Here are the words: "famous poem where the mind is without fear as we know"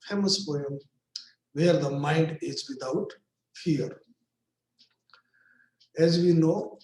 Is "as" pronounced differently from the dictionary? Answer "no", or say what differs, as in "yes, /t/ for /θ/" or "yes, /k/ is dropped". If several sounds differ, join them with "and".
no